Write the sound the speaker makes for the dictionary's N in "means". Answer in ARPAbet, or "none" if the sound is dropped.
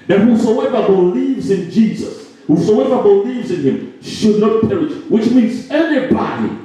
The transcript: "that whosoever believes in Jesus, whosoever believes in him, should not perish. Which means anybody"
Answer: N